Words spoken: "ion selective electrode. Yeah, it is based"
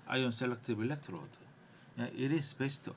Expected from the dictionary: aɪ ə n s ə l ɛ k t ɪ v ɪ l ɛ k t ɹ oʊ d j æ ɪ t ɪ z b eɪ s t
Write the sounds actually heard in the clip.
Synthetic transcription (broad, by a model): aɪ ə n s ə l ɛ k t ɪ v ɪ l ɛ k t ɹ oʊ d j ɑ ɪ t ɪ s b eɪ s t